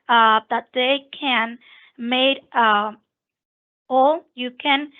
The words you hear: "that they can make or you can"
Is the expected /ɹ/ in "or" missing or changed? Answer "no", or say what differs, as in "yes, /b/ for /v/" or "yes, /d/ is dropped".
yes, /l/ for /ɹ/